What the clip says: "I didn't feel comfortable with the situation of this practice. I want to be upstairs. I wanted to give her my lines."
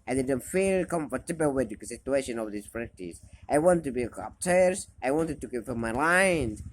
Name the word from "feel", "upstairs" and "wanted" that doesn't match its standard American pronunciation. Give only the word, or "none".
upstairs